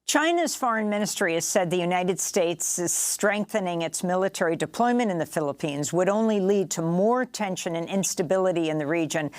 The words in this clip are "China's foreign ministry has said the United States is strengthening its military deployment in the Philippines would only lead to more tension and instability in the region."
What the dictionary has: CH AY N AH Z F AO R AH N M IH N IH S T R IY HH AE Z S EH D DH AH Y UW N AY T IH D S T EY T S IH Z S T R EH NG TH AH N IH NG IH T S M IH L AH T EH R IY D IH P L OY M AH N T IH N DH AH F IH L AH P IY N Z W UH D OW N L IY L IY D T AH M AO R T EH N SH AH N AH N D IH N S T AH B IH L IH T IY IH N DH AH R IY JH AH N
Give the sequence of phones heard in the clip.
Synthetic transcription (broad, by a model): CH AY N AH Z F AO R AH N M IH N IH S T R IY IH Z S EH D DH AH Y UW N AY T IH D S T EY T S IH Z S T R EH NG TH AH N IH NG IH T S M IH L AH T EH R IY D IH P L OY M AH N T IH N DH AH F IH L AH P IY N Z W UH D OW N L IY L IY D T AH M AO R T EH N SH AH N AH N IH N S T AH B IH L IH T IY IH N DH AH R IY JH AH N